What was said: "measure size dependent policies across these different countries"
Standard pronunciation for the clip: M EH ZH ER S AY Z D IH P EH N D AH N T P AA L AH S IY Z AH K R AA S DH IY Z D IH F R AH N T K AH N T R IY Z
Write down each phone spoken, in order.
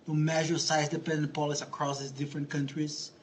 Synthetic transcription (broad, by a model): M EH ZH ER S AY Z D IH P EH N D AH N T P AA L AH S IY AH K R AA S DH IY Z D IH F R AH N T K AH N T R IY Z